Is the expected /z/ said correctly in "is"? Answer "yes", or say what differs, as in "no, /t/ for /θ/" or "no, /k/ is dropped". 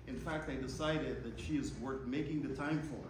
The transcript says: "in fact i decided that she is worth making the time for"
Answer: yes